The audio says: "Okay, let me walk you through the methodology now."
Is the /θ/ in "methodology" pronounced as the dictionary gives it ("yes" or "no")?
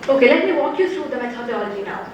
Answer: no